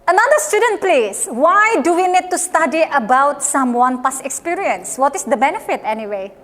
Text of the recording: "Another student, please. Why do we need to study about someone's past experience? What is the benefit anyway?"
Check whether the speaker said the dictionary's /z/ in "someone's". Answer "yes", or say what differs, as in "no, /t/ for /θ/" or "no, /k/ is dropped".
no, /z/ is dropped